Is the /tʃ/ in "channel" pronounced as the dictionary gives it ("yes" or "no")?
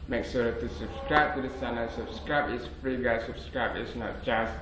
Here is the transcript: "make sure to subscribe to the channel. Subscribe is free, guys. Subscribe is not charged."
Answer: no